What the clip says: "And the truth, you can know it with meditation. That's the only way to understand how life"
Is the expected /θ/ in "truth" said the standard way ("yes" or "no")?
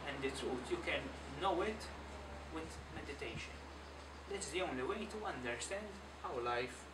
no